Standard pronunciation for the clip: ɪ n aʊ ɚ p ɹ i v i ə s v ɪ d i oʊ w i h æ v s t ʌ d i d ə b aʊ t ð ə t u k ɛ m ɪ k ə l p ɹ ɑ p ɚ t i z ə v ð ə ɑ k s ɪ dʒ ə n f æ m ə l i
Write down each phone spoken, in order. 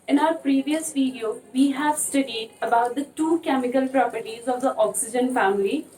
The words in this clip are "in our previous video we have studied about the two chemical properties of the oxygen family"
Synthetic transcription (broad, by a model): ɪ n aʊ ɚ p ɹ i v i ə s v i d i oʊ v i h æ v s t ʌ d i d ə b aʊ t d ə t u k ɛ m ɪ k ə l p ɹ ɑ p ɚ t i z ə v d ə ɑ k s ɪ dʒ ə n f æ m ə l i